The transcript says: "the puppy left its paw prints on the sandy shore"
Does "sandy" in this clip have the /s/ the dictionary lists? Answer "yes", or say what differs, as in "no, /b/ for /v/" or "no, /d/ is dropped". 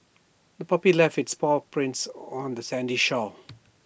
yes